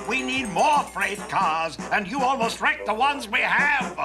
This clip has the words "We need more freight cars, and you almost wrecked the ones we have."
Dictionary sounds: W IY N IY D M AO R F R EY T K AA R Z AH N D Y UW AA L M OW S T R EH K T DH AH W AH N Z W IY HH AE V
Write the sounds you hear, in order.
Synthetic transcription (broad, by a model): W IY N IY D M AO R F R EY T K AA R Z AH N Y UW AA L M OW S T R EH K DH AH W AH N Z W IY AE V